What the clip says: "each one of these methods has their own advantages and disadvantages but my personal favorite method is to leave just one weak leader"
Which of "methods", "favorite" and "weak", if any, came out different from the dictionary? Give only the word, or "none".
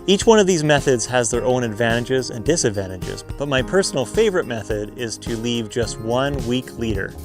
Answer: none